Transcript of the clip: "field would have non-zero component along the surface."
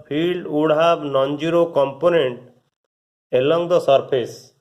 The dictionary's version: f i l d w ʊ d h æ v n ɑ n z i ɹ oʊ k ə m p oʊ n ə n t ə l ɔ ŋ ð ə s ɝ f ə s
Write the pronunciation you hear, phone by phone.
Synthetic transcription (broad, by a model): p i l d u d h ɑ b n ɑ n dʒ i ɹ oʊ k ə m p oʊ n ə n t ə l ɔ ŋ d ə s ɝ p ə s